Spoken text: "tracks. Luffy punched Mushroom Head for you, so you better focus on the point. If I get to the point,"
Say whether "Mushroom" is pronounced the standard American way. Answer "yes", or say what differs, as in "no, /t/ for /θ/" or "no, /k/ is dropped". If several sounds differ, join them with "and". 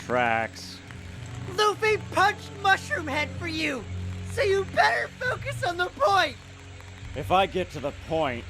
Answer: yes